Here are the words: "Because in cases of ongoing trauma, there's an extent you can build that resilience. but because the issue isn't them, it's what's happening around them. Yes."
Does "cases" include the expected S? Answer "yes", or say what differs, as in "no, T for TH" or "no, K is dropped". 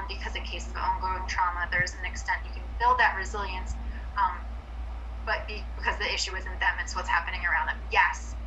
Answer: no, S is dropped